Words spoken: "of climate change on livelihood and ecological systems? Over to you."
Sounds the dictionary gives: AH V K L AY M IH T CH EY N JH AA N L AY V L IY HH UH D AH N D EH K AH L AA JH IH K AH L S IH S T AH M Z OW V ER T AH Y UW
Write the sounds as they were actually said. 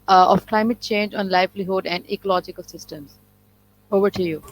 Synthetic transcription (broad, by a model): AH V K L AY M IH T CH EY N JH AA N L AY V L IY HH UH D AH N D EH K AH L AA JH IH K AH L S IH S T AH M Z OW V ER T AH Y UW